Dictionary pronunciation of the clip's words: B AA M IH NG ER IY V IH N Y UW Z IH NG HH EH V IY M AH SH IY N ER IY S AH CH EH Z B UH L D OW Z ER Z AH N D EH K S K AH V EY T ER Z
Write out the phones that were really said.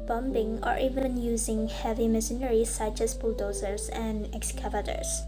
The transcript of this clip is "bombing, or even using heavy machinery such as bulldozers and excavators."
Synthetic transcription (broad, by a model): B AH M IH NG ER IY V IH N Y UW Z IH NG HH EH V IY M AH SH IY N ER IY S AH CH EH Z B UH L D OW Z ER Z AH N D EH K S K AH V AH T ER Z